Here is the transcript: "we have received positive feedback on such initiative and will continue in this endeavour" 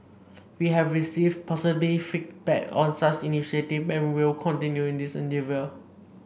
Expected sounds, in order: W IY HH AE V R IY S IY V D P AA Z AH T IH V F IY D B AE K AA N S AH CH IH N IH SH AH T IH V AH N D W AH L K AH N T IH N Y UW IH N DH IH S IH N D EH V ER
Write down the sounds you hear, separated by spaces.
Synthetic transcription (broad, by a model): W IY HH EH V R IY S IY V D P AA S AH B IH F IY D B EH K AA N S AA CH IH N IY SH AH T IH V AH N W AH L K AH N T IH N Y UW IH N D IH S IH N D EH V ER